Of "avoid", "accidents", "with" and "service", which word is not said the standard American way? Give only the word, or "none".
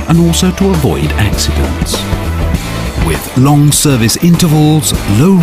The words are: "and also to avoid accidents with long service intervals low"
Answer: none